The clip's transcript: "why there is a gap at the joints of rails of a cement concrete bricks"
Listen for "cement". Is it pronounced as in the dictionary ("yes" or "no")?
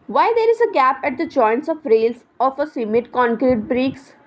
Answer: no